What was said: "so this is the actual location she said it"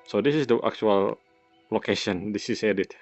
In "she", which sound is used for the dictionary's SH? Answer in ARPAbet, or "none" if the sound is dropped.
S